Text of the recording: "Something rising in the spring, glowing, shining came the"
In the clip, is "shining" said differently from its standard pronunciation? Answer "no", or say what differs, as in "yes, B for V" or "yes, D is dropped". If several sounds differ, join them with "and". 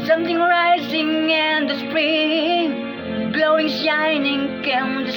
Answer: no